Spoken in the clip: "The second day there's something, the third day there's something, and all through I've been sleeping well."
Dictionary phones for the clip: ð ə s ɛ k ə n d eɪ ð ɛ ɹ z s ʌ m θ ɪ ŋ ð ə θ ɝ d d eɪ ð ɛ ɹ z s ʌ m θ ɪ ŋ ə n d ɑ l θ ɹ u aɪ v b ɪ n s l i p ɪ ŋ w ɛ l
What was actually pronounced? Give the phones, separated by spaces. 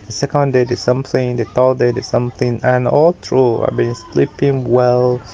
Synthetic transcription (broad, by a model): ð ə s ɛ k ə n d eɪ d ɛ s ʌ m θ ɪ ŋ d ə t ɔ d d eɪ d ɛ s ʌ m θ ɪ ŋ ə n ɑ l t ɹ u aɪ b ɪ n s l i p ɪ ŋ w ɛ l